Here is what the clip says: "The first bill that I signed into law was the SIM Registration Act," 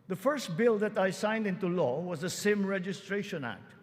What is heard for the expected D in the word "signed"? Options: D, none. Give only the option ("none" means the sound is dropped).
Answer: D